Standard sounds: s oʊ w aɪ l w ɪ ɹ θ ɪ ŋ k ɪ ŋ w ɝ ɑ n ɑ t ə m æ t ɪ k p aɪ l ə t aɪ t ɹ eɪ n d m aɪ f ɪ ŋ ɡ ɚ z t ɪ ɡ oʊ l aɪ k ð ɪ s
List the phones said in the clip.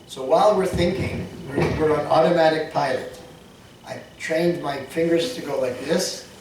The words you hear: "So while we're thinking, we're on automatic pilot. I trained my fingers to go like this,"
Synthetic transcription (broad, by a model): s oʊ w aɪ l w ɪ ɹ θ ɪ ŋ k ɪ ŋ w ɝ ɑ n ɑ t ə m æ t ɪ k p aɪ l ə t aɪ t ɹ eɪ n d m aɪ f ɪ ŋ ɡ ɚ z t ɪ ɡ oʊ l aɪ k ð ɪ s